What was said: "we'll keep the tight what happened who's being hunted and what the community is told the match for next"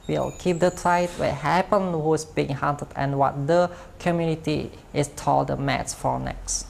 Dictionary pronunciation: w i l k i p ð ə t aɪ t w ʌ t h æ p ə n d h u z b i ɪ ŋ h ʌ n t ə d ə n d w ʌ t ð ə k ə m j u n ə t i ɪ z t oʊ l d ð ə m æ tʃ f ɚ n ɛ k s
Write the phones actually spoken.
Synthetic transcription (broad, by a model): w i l k i p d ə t aɪ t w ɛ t h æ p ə n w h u s b i ɪ ŋ h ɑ n t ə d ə n w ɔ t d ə k ə m j u n ə t i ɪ s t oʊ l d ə m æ s f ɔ n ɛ k s